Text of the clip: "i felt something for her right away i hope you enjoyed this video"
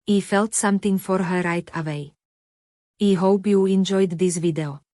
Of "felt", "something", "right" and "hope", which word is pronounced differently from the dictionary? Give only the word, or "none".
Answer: something